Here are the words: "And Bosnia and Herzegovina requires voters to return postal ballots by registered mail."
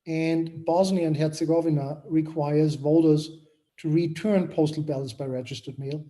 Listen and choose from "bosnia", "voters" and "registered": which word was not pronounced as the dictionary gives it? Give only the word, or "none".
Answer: none